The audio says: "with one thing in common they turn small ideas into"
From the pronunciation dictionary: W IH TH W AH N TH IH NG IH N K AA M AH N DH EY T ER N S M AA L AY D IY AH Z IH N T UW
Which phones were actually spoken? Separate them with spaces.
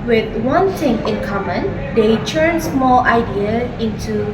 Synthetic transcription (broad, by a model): W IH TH W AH N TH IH NG IH N K AA M AH N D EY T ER N S M AA L AY D IY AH IH N T UW